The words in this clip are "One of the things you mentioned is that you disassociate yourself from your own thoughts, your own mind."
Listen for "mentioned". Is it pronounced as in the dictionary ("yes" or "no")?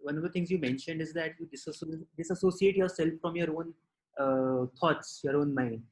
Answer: yes